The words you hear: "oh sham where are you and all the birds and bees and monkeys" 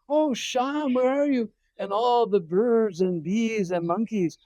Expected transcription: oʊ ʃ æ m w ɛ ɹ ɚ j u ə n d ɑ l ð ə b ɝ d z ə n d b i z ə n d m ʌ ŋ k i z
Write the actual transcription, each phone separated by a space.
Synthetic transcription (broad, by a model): oʊ ʃ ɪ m w ɛ ɹ ɚ j u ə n ɑ l ð ə b ɝ d z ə n b i z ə n m ʌ ŋ k i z